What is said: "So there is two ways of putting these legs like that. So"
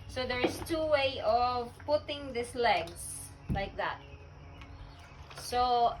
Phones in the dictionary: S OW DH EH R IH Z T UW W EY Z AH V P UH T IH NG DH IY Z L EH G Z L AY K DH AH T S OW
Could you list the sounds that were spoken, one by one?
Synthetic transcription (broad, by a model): S OW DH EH R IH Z T UW W EY AH V P UH T IH NG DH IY S L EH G S L AY K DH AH T S OW